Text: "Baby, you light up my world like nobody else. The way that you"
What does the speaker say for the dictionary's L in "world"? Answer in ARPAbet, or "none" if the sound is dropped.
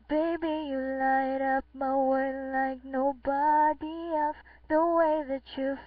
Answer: none